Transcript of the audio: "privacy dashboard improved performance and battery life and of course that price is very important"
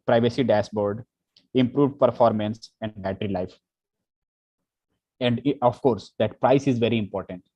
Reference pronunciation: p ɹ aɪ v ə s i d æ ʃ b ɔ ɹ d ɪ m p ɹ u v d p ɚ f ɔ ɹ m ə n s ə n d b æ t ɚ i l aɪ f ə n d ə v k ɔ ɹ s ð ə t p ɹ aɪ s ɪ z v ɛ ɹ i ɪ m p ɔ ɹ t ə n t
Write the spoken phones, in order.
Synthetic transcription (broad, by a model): p ɹ aɪ v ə s i d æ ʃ b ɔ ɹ d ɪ m p ɹ u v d p ɚ f ɔ ɹ m ə n s ə n d b æ t ɚ i l aɪ f ə n d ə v k ɔ ɹ s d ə t p ɹ aɪ s ɪ z v ɛ ɹ i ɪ m p ɔ ɹ t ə n t